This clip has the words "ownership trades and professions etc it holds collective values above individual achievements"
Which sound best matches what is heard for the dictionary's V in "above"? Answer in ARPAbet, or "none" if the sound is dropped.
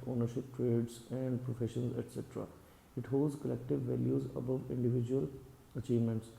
V